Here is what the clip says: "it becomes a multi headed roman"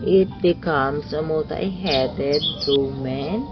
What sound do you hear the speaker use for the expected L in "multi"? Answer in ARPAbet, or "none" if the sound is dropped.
none